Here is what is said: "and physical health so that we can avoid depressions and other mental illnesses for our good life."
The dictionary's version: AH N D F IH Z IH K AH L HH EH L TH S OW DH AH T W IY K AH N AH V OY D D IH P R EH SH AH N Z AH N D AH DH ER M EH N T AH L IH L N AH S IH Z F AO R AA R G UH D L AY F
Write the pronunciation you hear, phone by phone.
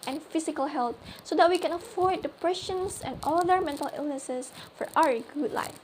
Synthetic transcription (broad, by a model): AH N F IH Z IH K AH L HH EH L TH S OW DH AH T W IY K AH N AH F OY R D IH P R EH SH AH N S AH N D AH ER M EH N T AH L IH L N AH S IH S F AO R AA R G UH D L AY F